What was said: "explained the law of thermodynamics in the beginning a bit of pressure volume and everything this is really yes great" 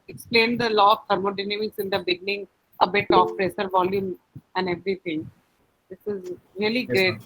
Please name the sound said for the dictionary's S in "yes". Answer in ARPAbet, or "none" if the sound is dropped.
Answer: none